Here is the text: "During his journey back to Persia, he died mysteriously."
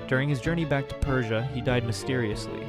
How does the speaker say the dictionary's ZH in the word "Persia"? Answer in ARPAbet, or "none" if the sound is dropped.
ZH